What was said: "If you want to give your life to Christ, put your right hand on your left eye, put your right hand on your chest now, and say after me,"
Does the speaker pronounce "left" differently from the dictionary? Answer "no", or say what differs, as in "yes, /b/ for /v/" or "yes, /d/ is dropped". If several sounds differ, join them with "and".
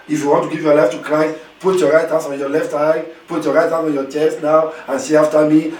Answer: no